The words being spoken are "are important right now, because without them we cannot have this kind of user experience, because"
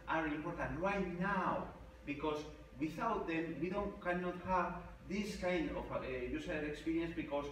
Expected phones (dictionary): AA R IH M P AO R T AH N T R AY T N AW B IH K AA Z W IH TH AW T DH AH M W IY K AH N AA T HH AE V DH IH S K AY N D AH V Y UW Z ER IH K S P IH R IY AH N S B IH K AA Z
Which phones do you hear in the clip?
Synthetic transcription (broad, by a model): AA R IH M P AO R T AH N T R AY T N AW B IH K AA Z W IH TH AW T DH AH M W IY K AH N AA T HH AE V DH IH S K AY N D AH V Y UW S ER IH K S P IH R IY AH N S B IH K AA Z